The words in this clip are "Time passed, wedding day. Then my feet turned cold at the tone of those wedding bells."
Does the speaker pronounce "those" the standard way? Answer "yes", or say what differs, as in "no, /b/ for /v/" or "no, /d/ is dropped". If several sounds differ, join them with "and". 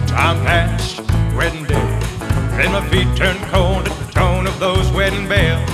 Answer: yes